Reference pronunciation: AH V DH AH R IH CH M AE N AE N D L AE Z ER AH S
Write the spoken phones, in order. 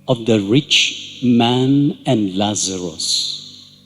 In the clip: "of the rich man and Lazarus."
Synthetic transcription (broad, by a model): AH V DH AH R IH CH M AE N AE N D L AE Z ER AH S